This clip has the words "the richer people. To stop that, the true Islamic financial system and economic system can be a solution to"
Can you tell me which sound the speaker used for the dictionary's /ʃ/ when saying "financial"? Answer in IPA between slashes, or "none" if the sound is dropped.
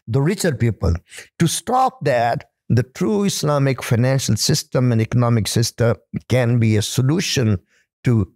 /ʃ/